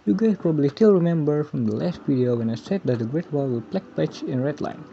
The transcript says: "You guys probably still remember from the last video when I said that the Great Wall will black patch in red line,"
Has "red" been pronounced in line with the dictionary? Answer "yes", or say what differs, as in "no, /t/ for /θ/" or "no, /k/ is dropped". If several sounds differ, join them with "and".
yes